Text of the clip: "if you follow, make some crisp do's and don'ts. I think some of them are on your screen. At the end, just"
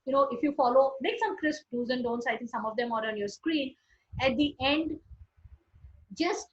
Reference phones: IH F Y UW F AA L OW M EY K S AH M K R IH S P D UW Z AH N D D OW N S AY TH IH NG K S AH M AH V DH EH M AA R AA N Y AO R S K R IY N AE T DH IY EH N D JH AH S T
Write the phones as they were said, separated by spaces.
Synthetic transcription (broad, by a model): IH F Y UW F AA L OW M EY K S AH M K R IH S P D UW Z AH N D D OW N S AY T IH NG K S AH M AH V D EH M AA R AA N Y AO R S K R IY N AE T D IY EH N D JH AH S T